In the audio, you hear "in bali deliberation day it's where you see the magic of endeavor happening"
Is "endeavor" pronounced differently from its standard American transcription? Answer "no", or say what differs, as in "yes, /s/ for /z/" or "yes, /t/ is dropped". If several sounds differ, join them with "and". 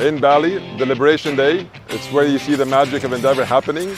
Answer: no